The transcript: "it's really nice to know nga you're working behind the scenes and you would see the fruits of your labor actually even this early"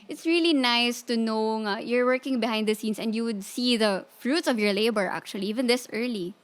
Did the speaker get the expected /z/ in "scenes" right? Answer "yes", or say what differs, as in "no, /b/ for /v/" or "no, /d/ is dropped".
no, /s/ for /z/